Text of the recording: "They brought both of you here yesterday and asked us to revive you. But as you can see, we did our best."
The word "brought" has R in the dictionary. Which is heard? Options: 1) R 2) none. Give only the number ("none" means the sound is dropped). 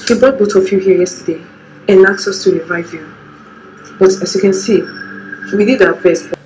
2